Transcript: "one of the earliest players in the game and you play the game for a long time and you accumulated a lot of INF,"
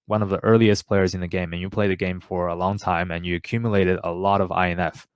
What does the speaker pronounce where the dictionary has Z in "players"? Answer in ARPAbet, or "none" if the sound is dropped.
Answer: Z